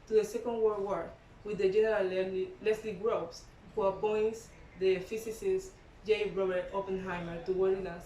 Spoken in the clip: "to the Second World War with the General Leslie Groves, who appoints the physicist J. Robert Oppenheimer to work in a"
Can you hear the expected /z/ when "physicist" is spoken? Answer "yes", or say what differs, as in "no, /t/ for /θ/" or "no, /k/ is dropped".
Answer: no, /s/ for /z/